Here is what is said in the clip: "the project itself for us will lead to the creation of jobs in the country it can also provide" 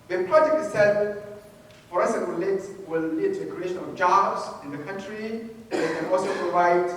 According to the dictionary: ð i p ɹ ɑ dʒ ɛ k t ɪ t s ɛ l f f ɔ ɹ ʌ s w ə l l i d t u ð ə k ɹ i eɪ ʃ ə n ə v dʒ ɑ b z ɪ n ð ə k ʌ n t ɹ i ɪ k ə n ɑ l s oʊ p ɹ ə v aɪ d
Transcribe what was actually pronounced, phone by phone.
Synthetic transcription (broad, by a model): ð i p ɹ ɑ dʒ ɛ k ɪ s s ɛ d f f ɔ ɹ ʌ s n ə l l i d t u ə k ɹ i eɪ ʃ ə n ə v dʒ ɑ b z ɪ n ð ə k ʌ n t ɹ i ɪ k ə n ɑ l s oʊ p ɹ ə v aɪ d